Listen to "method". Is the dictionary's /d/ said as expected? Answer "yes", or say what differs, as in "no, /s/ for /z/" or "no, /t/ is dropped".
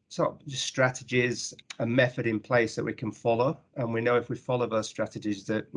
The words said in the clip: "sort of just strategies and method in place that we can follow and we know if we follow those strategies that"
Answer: yes